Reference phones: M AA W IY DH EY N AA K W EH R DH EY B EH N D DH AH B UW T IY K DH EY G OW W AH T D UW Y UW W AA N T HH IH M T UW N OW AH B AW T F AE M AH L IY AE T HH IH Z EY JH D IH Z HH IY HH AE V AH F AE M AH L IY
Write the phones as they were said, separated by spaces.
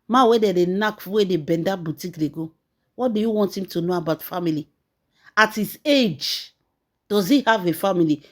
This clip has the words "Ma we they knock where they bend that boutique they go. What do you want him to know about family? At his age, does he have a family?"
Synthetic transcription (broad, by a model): M AA W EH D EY N AA K W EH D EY B EH N D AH B UW T IY K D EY G OW W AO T D UW Y UW W AA N T HH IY M T UW N OW AH B AW T F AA M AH L IY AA T HH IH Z EY JH D IH Z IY HH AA V AH F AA M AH L IY